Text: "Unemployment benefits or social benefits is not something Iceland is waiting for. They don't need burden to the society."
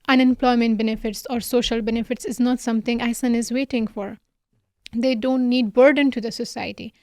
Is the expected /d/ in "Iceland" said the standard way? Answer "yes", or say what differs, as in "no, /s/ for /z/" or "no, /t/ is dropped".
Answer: no, /d/ is dropped